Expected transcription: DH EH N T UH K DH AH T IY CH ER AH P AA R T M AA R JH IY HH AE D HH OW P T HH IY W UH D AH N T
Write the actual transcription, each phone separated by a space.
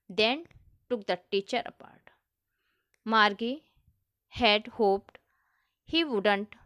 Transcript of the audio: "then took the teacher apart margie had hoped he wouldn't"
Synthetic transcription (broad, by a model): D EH N T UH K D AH T IY CH ER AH P AA R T M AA R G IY HH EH D HH OW P T HH IY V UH D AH N T